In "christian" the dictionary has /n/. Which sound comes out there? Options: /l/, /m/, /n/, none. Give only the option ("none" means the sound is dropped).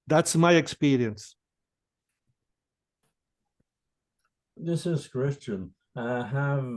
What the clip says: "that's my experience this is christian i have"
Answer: /n/